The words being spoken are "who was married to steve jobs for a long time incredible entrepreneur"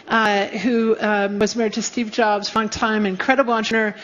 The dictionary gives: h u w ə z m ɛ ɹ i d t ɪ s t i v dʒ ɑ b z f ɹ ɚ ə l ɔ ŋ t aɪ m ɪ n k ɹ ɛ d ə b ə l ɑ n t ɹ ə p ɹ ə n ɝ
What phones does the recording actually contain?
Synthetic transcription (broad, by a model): h u w ə z m ɛ ɹ i d t ɪ s t i v dʒ ɑ b z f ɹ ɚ ə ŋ t aɪ m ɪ n k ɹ ɛ d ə b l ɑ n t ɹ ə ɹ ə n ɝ